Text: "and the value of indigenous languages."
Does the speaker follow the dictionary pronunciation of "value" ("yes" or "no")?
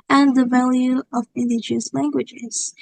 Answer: yes